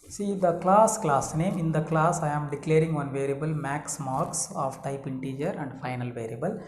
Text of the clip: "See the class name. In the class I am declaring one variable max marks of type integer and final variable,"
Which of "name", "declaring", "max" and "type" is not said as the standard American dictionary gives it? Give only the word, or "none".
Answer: none